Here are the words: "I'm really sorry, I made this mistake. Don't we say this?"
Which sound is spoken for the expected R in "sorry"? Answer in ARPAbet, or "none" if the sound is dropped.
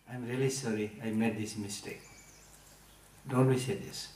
R